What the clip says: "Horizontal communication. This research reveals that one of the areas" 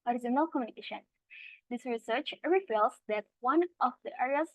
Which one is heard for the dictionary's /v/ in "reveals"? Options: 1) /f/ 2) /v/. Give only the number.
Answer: 1